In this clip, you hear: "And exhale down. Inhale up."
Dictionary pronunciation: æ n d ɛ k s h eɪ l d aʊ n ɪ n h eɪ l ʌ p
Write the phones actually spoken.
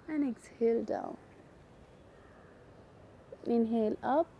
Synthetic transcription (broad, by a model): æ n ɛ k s h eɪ l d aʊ l ɪ n h eɪ l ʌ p